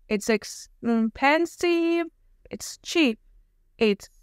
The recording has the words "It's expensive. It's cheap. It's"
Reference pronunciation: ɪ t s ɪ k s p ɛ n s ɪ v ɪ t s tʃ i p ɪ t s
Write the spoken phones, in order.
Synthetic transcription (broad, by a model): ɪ t s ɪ k s p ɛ n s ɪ ɪ t s tʃ i p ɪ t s